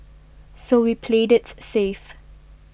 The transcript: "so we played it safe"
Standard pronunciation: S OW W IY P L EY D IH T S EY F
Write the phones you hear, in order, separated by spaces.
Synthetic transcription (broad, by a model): S OW W IY P L EY D IH T S EY F